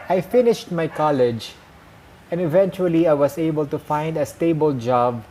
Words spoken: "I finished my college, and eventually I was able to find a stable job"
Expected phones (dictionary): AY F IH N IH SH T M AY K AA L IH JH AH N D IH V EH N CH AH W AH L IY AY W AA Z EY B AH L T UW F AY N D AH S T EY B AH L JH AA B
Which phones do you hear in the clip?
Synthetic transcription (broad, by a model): AY F IH N IH SH T M AY K AA L IH JH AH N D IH V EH N CH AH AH L IY AY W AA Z EY B AH L T UW F AY N D AH S T EY B AH L JH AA B